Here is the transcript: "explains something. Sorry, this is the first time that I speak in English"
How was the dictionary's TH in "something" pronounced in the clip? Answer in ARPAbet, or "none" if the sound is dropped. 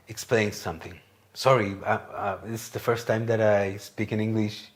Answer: TH